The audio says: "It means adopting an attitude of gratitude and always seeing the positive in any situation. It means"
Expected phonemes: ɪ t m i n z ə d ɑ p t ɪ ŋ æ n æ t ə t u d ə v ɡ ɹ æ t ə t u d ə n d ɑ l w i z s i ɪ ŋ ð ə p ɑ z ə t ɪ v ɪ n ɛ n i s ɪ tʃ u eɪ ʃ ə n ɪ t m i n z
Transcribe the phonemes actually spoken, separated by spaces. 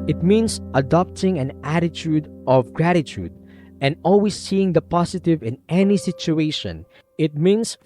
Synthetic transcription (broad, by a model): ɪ t m i n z ə d ɑ p t ɪ ŋ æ n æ t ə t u d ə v ɡ ɹ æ t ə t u d ə n d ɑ l w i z s i ɪ ŋ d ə p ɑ s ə t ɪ v ɪ n ɛ n i s ɪ tʃ u eɪ ʃ ə n ɪ t m i n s